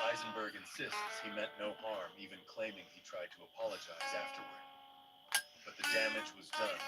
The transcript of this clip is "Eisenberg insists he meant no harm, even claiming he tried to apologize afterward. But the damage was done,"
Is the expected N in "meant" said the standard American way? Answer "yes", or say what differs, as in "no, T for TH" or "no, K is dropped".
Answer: no, N is dropped